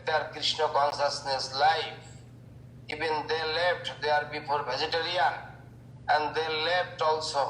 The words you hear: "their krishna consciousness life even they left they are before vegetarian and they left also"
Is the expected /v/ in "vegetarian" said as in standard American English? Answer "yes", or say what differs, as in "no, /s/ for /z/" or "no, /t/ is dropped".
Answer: no, /b/ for /v/